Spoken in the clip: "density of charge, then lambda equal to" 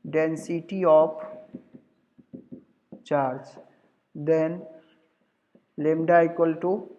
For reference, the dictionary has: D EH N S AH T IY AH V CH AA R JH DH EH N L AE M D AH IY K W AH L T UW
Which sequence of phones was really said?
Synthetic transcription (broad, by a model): D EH N S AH T IY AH P CH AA R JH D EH N L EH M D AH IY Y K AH L T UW